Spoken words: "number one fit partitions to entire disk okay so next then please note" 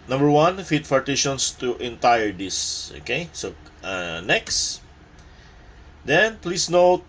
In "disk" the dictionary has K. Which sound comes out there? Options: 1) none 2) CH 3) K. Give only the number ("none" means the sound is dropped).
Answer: 1